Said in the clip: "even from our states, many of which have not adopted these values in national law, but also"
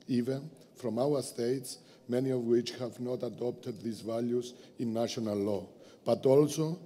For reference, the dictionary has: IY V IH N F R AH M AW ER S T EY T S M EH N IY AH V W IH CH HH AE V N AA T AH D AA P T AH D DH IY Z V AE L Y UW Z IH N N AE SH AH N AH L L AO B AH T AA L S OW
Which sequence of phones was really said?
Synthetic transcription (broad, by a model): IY V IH N F R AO M AW ER S T EY T S M EH N IY AH V W IH CH HH AE V N AA T AH D AA P T AH D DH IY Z V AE L Y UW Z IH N N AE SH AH N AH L L AO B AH T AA L S OW